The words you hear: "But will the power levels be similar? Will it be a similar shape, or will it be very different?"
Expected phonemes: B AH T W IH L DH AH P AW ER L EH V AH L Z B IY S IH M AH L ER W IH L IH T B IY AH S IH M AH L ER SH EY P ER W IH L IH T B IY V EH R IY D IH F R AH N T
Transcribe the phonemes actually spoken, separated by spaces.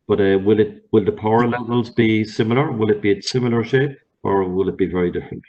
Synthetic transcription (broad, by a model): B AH T W IH L DH AH P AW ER L EH V AH L Z B IY S IH M AH L ER W IH L IH T B IY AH S IH M AH L ER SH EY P ER W IH L IH T B IY V EH R IY D IH F R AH N T